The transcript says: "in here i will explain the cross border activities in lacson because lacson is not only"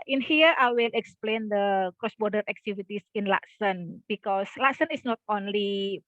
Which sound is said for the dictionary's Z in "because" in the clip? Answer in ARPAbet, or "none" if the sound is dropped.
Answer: S